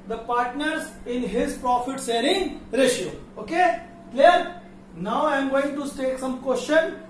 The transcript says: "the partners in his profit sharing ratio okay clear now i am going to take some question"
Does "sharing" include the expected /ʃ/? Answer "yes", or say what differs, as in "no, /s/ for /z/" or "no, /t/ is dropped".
no, /s/ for /ʃ/